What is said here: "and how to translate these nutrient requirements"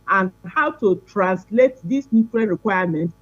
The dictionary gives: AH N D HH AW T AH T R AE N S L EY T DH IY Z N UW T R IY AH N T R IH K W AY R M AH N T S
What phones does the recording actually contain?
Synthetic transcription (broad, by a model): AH N HH AW T AH T R AE N S L EY T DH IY S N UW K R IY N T R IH K W AY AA M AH N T